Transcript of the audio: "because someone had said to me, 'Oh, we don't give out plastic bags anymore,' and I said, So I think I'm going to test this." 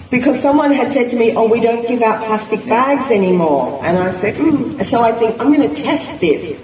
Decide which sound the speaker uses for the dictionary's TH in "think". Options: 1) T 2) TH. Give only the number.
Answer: 2